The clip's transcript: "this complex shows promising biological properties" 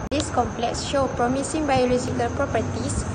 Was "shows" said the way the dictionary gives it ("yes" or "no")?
no